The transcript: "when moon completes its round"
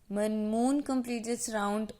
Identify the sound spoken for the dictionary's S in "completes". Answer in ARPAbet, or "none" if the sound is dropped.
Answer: none